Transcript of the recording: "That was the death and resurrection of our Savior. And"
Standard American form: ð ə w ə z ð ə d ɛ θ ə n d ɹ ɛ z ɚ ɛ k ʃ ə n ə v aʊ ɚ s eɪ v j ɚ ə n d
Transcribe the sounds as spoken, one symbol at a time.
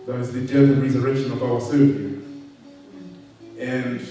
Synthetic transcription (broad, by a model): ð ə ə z ð ə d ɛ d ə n ɹ ɛ z ɚ ɛ k ʃ ə n ə v aʊ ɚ s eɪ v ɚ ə n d